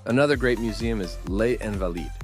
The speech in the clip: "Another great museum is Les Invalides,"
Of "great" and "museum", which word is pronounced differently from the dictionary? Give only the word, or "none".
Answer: none